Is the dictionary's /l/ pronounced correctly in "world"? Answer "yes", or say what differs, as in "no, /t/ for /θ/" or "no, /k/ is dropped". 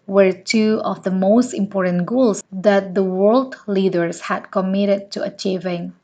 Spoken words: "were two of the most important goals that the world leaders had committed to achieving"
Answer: yes